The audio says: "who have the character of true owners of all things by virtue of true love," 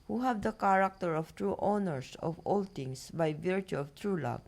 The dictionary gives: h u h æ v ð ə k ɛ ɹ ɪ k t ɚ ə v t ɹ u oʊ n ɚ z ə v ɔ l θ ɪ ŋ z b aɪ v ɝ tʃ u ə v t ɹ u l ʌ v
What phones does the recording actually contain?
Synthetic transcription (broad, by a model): h u h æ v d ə k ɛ ɹ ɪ k t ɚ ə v t ɹ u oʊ n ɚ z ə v ɔ l t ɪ ŋ s b aɪ v ɝ tʃ u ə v t ɹ u l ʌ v